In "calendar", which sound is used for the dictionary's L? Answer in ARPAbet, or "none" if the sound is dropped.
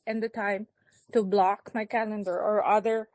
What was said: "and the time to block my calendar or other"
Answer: L